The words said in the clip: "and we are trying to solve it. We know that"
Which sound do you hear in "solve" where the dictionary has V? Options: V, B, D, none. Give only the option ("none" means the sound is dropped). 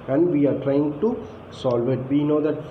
V